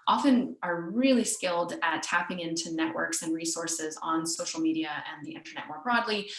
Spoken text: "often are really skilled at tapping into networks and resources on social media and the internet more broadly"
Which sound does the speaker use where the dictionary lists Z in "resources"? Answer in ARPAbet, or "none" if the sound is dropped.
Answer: Z